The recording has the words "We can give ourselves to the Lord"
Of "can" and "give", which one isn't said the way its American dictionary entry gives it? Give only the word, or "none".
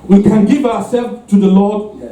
none